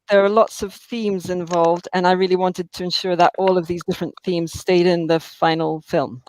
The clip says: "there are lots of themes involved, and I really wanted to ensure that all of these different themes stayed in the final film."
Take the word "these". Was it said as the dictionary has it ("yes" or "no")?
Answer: yes